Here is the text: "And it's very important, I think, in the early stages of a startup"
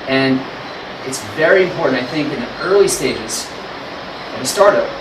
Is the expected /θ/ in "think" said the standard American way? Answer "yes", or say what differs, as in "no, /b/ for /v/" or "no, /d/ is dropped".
yes